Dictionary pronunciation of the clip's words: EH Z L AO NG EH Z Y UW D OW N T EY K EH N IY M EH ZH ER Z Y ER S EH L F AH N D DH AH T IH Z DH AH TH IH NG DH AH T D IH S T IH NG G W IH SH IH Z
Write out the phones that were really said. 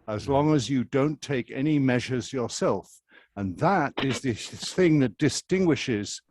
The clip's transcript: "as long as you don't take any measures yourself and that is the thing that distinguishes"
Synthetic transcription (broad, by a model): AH Z L AO NG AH Z Y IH D OW N T EY K EH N IY M EH ZH ER Z Y ER S EH L F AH N DH AH T IH Z DH AH TH IH NG DH AH T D IH S T IH NG G W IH SH IH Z